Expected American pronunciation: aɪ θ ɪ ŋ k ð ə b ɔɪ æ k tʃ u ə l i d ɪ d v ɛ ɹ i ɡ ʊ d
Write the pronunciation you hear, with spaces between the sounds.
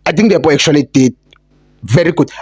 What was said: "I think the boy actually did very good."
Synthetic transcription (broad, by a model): aɪ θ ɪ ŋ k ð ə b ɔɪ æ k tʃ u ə l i d ɪ d v ɛ ɹ i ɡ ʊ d